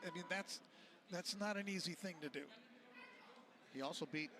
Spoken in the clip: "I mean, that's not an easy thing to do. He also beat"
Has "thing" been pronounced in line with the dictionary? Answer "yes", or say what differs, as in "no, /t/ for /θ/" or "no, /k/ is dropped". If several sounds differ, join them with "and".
yes